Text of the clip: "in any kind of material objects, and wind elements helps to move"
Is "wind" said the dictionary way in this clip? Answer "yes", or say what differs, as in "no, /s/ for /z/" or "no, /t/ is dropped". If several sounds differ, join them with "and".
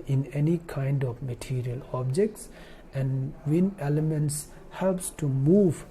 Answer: no, /d/ is dropped